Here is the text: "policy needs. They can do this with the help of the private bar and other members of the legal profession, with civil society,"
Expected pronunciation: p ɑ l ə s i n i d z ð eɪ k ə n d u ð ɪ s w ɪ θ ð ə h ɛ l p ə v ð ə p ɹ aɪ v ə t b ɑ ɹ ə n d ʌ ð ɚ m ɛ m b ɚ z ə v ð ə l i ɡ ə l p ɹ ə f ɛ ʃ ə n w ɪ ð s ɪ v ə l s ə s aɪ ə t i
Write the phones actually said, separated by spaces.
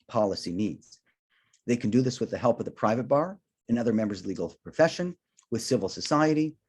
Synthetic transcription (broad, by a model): p ɑ l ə s i n i d z ð eɪ k n d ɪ ð ɪ s w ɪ ð ə h ɛ l p ə v ð ə p ɹ aɪ v ə t b ɑ ɹ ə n ʌ ð ɚ m ɛ m b ɚ z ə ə l i ɡ l p ɹ ə f ɛ ʃ ə n w ɪ ð s ɪ v l s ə s aɪ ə t i